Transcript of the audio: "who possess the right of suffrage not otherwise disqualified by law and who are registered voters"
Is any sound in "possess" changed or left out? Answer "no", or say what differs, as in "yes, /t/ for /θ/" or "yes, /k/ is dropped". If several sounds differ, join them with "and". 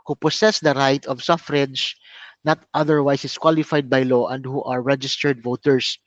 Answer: yes, /s/ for /z/